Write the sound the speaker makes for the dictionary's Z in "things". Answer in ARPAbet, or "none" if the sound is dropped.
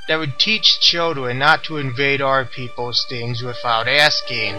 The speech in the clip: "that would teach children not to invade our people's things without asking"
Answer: Z